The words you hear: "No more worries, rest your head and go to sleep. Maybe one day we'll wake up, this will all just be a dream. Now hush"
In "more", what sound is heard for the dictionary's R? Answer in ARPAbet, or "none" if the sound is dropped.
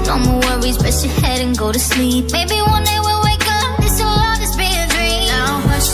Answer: W